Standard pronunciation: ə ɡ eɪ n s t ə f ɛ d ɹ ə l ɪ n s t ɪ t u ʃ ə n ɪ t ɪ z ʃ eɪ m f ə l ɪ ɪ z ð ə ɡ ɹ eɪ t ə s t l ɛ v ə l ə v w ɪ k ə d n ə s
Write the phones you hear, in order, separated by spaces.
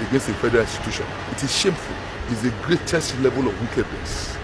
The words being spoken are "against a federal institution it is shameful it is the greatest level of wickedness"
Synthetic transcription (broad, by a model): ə ɡ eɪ n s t ə f ɛ d ɹ ə l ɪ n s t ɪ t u ʃ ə n ɪ t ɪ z ʃ eɪ m f ə l ɪ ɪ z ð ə ɡ ɹ eɪ t ə s t l ɛ v ə l ə v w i k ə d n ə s